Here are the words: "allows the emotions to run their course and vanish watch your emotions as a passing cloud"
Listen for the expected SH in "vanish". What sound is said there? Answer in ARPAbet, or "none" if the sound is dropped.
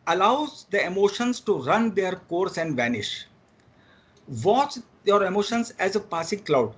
SH